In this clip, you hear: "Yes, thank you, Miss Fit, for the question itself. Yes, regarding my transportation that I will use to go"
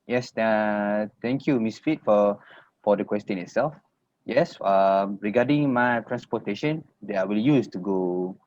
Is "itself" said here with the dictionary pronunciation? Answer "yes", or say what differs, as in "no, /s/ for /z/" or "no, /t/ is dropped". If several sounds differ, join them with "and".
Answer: yes